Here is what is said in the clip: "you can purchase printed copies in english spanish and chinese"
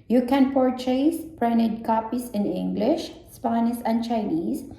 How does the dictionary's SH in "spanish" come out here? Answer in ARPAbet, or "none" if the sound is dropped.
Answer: S